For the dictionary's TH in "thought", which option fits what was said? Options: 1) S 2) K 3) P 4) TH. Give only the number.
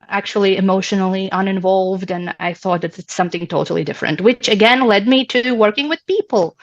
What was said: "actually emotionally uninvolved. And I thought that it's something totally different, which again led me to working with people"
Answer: 4